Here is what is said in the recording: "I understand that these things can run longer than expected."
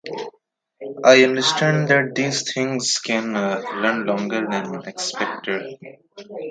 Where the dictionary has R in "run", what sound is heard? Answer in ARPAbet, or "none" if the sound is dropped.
L